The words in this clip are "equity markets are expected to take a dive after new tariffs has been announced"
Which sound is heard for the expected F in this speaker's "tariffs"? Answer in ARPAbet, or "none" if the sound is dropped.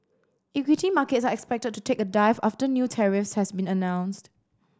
F